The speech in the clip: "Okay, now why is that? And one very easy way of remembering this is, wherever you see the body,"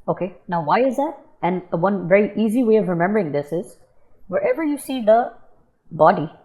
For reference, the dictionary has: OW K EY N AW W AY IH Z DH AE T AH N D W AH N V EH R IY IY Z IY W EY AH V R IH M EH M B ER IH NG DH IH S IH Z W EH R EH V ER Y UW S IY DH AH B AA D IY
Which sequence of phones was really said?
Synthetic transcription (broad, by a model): OW K EY N AW W AY IH Z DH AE T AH N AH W AH N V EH R IY IY Z IY W EY AH V R IH M EH M B ER IH NG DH IH S IH Z W EH R EH V ER Y UW S IY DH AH B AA D IY